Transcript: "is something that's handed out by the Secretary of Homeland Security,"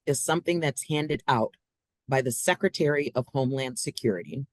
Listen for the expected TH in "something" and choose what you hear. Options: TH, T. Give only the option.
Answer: TH